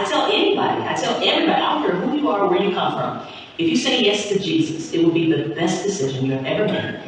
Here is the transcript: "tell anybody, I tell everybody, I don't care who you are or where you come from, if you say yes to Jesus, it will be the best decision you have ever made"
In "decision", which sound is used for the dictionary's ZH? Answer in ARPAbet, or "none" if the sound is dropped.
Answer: ZH